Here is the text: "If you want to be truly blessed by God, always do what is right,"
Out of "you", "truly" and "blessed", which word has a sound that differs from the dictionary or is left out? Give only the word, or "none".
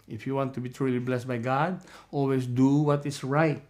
none